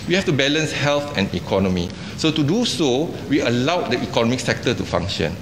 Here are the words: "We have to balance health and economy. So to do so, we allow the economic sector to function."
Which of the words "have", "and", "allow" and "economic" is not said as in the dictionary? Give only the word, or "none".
have